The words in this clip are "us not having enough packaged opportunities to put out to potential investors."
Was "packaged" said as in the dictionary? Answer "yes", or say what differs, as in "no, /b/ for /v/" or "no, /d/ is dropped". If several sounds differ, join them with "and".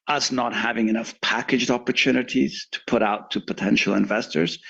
yes